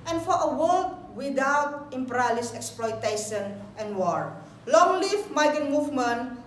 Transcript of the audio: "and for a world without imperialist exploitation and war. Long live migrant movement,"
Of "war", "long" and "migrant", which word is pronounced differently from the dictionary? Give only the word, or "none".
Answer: migrant